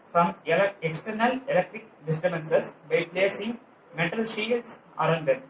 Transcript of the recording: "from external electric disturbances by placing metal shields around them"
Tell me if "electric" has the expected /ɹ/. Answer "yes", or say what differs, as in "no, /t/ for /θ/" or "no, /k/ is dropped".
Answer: yes